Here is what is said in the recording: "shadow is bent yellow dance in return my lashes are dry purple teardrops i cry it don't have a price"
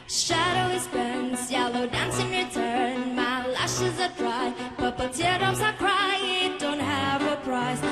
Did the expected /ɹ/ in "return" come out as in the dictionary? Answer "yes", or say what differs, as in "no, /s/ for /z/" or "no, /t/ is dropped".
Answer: yes